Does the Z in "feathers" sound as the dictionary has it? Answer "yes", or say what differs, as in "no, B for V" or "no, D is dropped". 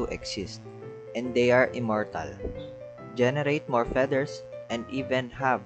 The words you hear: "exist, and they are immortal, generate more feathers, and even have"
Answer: no, S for Z